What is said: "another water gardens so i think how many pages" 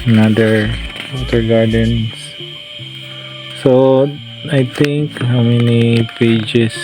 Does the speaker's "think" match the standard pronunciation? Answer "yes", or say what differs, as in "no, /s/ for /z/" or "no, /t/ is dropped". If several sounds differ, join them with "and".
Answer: no, /t/ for /θ/